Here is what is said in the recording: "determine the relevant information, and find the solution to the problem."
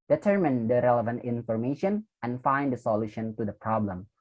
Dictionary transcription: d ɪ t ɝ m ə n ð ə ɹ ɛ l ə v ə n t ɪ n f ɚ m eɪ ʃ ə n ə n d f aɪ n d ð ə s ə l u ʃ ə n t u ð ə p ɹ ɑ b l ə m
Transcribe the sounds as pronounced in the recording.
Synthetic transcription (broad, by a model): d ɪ t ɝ m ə n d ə ɹ ɛ l ə v ə n t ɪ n f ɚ m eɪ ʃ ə n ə n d f aɪ n d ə s ə l u ʃ ə n t u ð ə p ɹ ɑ b l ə m